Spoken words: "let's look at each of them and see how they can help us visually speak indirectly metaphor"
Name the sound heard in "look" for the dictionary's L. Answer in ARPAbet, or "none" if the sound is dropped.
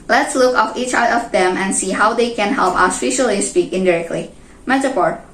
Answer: L